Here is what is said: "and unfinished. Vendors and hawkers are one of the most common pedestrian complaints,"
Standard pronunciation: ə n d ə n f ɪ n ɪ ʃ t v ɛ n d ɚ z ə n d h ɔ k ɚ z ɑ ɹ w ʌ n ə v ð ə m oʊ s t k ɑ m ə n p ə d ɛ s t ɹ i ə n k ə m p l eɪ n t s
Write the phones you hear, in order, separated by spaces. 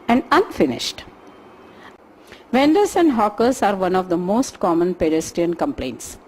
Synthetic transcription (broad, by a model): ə n d ə n f ɪ n ɪ ʃ t v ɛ n d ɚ s ə n d h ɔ k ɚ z ɑ ɹ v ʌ n ə v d ə m oʊ s t k ɑ m ə n p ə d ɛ s t i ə n k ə m p l eɪ n t s